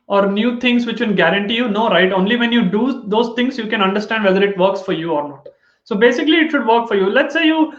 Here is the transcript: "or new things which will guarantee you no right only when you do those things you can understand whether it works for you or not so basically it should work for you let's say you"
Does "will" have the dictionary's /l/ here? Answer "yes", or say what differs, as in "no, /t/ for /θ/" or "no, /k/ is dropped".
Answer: no, /n/ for /l/